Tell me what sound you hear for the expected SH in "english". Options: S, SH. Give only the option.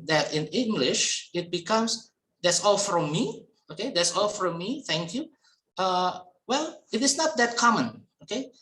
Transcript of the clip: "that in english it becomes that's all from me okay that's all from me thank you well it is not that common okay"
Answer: SH